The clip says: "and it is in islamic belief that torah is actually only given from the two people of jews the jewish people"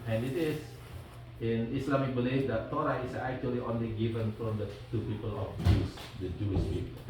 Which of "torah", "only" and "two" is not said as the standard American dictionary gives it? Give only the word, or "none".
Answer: none